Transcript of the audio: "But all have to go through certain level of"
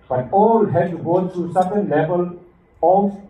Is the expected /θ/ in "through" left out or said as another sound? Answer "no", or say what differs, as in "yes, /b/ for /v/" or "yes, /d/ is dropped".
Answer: yes, /t/ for /θ/